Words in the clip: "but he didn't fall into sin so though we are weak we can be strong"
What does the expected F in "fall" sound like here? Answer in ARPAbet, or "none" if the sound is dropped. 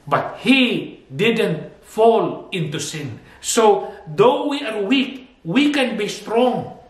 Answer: F